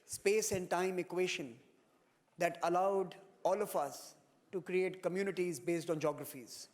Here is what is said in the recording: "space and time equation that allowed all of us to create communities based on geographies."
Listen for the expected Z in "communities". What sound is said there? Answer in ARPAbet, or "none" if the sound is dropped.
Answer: Z